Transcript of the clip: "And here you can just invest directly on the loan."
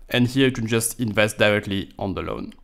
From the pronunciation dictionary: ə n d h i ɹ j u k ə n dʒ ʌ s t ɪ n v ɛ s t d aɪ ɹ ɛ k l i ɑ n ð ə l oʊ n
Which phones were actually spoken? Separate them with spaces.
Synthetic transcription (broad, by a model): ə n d h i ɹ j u k ə n dʒ ʌ s t ɪ n v ɛ s t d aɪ ɹ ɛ k l i ɑ n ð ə l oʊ n